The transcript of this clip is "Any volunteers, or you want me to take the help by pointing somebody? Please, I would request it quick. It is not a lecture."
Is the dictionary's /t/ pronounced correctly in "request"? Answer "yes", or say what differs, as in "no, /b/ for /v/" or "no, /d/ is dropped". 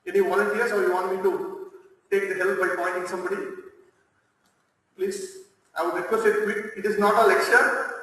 no, /t/ is dropped